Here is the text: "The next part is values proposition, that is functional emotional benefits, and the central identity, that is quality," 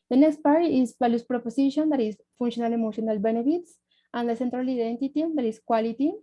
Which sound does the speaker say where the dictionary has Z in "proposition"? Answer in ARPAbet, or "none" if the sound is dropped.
S